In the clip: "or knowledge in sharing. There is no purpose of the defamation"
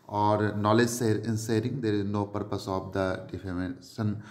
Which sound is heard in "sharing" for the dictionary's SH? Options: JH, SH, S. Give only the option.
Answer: S